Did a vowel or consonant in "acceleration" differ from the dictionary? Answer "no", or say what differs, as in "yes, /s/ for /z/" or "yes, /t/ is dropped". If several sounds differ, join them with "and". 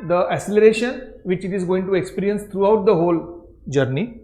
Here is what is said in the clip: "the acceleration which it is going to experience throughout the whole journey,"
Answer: yes, /k/ is dropped